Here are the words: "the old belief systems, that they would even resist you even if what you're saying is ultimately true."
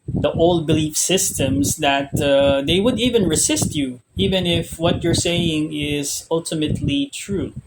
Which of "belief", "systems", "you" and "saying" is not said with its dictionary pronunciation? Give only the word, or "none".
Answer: systems